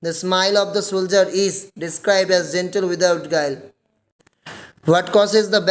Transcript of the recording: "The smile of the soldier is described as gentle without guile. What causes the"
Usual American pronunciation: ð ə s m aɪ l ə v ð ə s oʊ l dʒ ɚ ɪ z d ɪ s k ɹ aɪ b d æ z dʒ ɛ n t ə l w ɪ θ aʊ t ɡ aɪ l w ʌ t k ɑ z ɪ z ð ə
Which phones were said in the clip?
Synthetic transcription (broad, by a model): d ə s m aɪ l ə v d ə s oʊ l dʒ ɚ ɪ z d ɪ s k ɹ aɪ b d æ z dʒ ɛ n t ə l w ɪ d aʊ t ɡ aɪ l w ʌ t k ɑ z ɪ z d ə